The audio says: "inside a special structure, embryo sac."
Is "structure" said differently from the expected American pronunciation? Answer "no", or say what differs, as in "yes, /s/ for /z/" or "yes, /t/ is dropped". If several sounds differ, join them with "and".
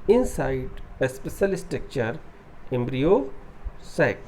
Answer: yes, /ɹ/ is dropped